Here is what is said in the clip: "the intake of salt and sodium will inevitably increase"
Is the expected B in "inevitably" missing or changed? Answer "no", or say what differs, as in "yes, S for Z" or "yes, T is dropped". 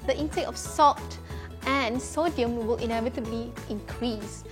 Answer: no